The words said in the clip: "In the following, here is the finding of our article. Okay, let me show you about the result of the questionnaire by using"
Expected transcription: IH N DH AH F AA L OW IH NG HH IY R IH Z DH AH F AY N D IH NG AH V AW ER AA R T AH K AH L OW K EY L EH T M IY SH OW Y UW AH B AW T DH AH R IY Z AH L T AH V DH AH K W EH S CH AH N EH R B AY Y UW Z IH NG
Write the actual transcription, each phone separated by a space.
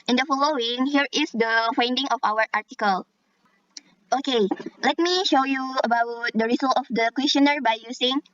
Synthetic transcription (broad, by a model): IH N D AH F AA L OW IH NG HH IY R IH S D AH F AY N D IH NG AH F AW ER AA R T AH K AH L OW K EY L EH T M IY SH OW Y UW AH B AW T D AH R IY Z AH L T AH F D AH K W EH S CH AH N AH R B AY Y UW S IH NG